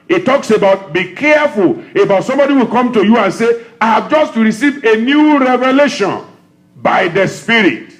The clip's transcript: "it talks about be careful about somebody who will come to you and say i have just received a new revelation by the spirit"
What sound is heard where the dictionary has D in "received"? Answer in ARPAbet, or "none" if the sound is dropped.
none